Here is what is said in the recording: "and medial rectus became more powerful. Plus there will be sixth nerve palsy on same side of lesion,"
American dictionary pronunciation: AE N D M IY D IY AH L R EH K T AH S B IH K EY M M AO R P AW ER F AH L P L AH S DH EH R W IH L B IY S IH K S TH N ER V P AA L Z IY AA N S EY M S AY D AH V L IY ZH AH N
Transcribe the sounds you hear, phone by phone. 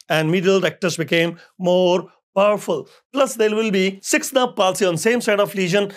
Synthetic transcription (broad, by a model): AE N D M IY D IY AH L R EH K T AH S B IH K EY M M AO R P AW ER F AH L P L AH S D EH R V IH L B IY S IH K S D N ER P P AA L S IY AA N S EY M S AY D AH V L IY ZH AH N